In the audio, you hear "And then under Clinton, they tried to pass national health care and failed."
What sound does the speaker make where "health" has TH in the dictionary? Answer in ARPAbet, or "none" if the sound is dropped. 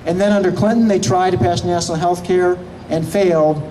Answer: TH